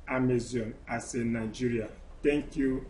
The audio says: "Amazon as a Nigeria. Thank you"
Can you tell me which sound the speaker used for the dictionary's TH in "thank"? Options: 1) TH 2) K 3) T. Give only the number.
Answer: 3